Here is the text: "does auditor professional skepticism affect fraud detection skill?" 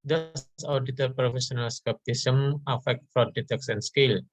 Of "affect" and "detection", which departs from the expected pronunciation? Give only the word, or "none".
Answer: detection